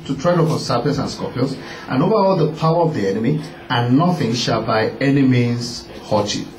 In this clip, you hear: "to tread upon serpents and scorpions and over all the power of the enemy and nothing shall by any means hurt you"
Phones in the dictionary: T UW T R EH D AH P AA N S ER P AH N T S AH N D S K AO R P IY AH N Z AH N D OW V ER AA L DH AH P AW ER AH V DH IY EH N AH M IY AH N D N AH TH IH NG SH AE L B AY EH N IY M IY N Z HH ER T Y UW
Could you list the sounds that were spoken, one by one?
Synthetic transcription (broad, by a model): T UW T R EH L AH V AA S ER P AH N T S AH N S K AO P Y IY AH N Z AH N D OW V ER AA L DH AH P AW ER AH V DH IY EH N AH M IY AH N N AH TH IH NG SH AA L B AY EH N IY M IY Z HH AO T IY